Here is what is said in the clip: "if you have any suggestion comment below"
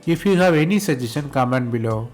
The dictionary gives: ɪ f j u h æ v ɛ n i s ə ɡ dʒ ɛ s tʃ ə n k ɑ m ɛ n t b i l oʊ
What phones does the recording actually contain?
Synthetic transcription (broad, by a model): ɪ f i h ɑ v ɛ n i s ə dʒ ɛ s ə n k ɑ m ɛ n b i l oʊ